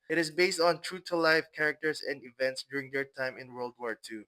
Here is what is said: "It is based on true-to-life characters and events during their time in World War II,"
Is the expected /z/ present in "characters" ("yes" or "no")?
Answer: no